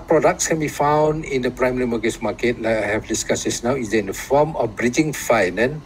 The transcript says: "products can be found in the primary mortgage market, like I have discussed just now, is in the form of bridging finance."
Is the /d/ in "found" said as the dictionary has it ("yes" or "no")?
yes